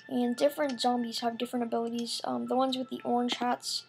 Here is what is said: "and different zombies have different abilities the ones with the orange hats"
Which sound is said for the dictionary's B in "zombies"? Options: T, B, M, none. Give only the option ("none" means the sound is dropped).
B